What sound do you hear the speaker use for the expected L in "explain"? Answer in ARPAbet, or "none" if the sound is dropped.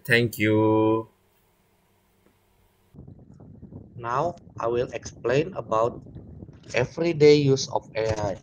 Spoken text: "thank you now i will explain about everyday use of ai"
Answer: L